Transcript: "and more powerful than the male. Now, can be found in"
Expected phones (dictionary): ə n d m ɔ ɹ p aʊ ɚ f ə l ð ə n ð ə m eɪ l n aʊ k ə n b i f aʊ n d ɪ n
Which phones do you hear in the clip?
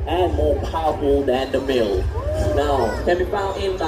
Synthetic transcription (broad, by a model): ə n m ɔ ɹ p aʊ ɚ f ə l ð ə n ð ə m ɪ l n aʊ k ə n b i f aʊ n ɪ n